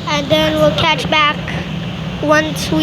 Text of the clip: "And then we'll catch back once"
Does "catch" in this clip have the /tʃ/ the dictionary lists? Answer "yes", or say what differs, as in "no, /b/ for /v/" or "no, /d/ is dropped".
yes